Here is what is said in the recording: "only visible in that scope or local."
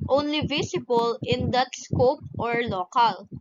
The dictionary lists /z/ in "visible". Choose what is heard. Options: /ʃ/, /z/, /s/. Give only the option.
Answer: /s/